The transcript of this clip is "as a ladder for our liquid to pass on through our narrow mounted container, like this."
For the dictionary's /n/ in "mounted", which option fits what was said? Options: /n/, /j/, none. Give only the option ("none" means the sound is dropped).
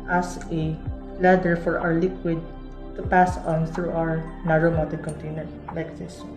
none